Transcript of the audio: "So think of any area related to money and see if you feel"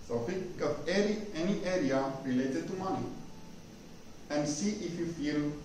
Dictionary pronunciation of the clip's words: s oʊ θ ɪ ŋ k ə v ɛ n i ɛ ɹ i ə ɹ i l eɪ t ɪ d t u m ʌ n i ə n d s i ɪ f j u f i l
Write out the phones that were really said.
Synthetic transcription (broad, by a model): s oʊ f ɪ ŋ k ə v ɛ n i ɛ ɹ i ə ɹ i l eɪ t ɪ d t u m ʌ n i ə n s i ɪ f j u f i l